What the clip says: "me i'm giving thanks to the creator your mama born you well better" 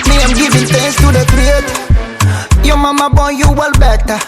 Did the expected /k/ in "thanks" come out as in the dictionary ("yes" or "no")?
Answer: no